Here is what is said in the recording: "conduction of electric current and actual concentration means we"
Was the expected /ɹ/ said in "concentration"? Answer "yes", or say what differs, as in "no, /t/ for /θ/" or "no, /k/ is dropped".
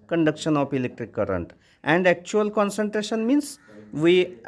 yes